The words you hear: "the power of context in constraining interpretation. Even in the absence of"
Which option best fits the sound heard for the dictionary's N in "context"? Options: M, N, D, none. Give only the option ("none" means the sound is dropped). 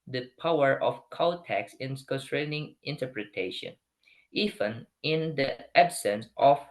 none